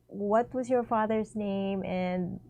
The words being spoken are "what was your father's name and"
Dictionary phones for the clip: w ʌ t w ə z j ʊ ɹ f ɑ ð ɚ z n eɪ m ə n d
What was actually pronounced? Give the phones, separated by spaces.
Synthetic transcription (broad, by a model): w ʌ t w ə z j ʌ ɹ f ɑ ð ɚ z n eɪ m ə n